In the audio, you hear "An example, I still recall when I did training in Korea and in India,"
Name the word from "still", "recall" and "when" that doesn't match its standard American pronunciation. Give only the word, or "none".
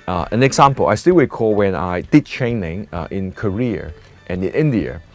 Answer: recall